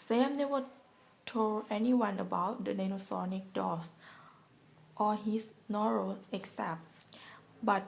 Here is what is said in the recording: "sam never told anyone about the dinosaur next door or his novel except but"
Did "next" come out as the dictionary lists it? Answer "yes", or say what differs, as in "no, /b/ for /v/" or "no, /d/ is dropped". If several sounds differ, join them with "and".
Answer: no, /s/ is dropped